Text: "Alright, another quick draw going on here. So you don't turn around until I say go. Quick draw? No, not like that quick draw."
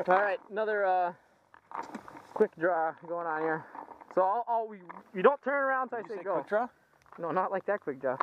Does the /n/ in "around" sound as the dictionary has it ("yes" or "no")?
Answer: yes